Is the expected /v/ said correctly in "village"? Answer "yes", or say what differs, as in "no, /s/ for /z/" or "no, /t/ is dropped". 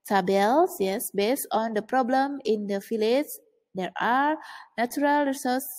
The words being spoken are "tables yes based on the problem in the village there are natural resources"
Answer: no, /f/ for /v/